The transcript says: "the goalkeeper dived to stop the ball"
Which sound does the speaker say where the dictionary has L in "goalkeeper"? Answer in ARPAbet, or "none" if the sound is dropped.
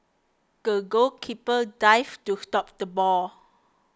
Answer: none